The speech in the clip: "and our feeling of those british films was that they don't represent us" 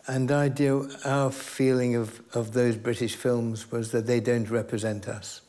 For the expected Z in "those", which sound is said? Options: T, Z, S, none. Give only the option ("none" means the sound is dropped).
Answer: Z